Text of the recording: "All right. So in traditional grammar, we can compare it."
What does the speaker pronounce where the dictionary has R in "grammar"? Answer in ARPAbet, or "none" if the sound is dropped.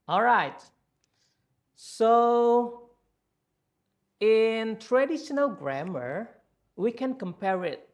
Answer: R